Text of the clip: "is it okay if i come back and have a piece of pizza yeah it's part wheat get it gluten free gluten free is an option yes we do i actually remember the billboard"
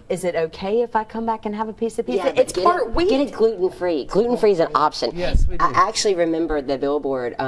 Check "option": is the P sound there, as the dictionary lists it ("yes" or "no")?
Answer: no